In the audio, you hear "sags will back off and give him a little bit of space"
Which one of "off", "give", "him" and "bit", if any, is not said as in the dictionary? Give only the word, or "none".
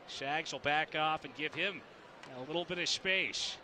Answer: none